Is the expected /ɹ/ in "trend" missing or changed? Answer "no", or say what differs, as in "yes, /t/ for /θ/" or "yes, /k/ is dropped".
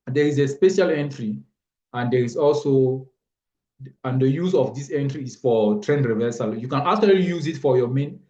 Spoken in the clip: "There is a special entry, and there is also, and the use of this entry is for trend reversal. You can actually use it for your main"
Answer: no